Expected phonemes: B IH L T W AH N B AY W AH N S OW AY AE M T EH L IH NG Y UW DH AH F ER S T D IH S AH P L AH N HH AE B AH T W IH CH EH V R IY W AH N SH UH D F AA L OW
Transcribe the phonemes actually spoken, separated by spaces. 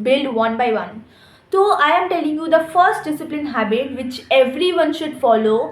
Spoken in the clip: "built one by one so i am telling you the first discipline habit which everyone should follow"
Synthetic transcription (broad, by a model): B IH L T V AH N B AY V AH N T OW AY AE M T EH L IH NG Y UW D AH F ER S T D IH S AH P L AH N HH AE B AH T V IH CH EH V R IY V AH N SH UH D F AA L OW